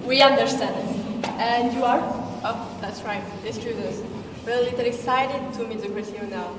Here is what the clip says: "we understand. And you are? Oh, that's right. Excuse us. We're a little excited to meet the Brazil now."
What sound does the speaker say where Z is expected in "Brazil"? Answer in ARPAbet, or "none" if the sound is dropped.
S